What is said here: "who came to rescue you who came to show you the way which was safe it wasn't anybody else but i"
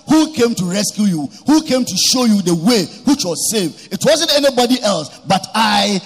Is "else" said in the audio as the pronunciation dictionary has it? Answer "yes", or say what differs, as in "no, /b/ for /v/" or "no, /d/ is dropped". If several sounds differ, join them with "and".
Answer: yes